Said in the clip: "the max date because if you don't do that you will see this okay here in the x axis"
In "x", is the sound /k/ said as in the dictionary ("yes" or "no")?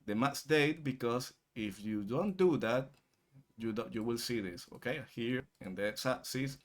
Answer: no